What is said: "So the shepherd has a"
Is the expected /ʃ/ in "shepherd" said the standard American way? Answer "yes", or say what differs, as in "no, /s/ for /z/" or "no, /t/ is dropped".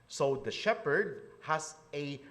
yes